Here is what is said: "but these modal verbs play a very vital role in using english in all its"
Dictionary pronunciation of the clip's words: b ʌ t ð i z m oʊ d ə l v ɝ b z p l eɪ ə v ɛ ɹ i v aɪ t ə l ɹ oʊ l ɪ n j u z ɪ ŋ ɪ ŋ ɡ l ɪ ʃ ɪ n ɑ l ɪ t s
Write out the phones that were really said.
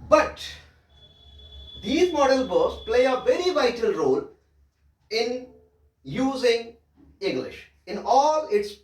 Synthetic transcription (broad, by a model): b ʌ t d i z m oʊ d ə l b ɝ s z p l eɪ ə v ɛ ɹ i v aɪ t ə l ɹ oʊ l ɪ n j u z ɪ ŋ ɪ ŋ ɡ l ɪ ʃ ɪ n ɑ l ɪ t s